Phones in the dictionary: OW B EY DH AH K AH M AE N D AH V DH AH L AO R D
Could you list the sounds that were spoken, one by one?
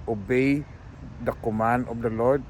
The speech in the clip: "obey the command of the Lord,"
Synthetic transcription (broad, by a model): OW B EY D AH K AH M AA N AH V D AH L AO R D